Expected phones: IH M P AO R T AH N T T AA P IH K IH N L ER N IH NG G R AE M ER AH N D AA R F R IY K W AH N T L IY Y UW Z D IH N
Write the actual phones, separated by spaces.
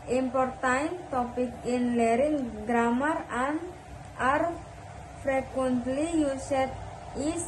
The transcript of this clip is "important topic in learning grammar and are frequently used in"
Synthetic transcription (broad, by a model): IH M P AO R T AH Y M T AA P IH K IH N L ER IH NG G R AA M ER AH N AA R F R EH K W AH N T L IY Y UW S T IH